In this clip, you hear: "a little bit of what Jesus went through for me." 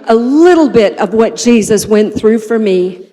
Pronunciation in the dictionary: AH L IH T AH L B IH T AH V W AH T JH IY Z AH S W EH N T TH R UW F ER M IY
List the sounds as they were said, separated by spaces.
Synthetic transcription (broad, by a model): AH L IH T L B IH T AH V W AH T JH IY Z AH S W EH N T TH R UW F ER M IY